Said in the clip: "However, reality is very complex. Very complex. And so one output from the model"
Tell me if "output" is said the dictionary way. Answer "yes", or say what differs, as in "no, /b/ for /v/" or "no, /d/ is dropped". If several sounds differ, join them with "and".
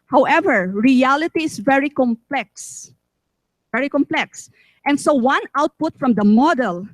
yes